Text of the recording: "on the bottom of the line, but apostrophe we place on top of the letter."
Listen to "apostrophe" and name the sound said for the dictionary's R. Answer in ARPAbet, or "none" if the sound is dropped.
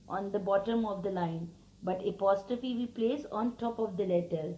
none